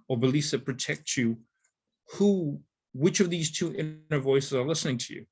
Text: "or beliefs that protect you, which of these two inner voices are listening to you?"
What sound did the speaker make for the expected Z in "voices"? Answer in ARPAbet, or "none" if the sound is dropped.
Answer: Z